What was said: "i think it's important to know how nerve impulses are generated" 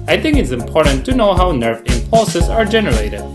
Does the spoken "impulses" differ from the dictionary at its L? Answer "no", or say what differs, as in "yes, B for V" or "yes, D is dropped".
no